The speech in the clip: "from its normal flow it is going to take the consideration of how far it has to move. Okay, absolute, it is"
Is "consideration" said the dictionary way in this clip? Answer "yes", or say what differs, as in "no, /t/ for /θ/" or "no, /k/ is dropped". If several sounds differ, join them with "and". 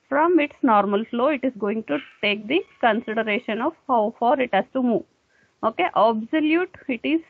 yes